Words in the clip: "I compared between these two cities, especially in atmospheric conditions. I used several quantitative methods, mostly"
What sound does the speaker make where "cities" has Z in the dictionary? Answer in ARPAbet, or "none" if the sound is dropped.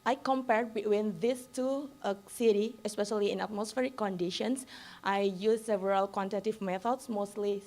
none